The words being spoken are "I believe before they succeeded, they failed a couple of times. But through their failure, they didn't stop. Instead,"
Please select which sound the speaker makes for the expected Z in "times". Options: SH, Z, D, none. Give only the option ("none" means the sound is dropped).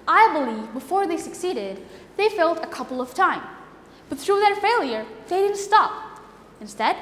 none